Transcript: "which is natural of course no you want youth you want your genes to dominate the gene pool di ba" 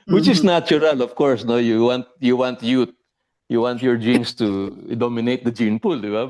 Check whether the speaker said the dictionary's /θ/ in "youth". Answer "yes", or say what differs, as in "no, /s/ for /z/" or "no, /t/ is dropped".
no, /t/ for /θ/